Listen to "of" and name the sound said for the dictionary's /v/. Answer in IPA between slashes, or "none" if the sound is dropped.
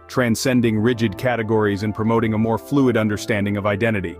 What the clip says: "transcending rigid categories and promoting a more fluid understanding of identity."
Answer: /v/